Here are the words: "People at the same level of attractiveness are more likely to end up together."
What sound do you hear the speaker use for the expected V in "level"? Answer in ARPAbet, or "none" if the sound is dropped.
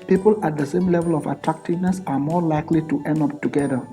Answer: V